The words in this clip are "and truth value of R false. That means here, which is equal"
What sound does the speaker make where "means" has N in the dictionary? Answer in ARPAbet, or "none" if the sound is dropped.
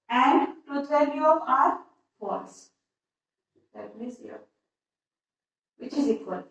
none